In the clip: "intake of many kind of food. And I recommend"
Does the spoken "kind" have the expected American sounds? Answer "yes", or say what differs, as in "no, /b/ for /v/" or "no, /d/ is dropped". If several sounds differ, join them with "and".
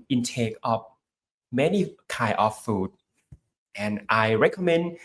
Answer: no, /d/ is dropped